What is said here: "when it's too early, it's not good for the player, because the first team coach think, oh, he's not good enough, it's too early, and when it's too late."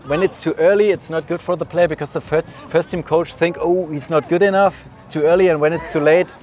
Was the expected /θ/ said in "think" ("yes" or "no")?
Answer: yes